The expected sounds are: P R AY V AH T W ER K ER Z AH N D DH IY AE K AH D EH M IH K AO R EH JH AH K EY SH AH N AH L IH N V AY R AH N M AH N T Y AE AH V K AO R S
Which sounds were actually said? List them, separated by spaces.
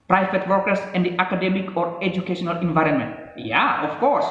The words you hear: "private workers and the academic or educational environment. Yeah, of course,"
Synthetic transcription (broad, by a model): P R AY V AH T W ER K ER S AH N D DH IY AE K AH D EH M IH K AO R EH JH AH K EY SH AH N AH L IH N V AY R AH N M AH N T Y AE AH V K AO R S